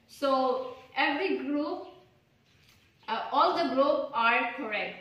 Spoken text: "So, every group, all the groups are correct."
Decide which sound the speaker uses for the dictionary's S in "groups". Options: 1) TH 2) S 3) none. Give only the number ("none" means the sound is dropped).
3